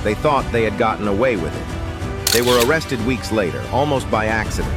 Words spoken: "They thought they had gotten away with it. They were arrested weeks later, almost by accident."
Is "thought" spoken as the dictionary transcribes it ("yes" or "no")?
yes